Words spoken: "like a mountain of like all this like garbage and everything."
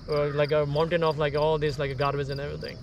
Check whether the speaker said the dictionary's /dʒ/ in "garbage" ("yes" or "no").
no